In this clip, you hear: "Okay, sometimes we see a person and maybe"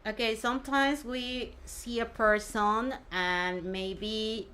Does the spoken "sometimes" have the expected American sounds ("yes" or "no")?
yes